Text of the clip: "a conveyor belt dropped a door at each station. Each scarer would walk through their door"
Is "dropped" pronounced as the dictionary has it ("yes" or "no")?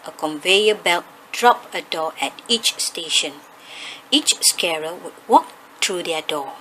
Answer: no